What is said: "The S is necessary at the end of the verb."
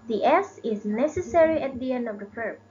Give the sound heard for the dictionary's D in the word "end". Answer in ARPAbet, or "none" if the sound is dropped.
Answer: D